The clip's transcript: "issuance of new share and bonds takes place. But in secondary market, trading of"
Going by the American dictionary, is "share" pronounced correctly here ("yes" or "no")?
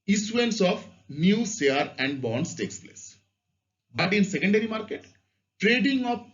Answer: no